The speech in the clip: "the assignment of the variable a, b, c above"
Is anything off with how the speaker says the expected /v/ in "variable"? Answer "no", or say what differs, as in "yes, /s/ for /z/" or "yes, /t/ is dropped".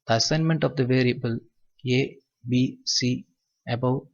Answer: no